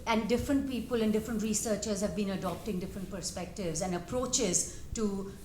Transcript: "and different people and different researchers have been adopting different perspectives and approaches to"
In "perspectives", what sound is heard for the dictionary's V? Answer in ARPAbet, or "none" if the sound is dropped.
V